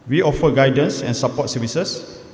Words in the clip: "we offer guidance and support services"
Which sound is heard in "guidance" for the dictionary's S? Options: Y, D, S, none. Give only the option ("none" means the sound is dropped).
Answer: S